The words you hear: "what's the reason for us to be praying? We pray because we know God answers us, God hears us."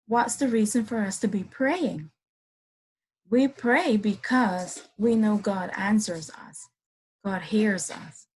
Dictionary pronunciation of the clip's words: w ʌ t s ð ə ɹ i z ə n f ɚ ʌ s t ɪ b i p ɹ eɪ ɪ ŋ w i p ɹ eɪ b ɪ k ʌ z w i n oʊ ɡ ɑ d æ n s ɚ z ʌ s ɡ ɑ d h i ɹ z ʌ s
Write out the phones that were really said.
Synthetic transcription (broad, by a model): w ʌ t s ð ə ɹ i z ə n f ɚ ʌ s t ɪ b i p ɹ eɪ ɪ ŋ w i p ɹ eɪ b ɪ k ʌ z w i n oʊ ɡ ɑ d æ n s ɚ z ʌ s ɡ ɑ d h i ɹ z ʌ s